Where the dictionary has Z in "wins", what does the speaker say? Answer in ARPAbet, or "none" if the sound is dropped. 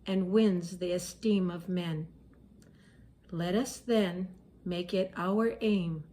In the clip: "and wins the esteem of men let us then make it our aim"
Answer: Z